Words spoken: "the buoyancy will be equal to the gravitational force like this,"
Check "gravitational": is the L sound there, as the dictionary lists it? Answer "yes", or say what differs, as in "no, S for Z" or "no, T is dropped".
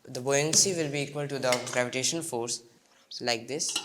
no, N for L